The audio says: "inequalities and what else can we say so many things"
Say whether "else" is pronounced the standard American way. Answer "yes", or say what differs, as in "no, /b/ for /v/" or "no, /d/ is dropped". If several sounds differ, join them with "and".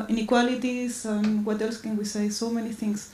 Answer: yes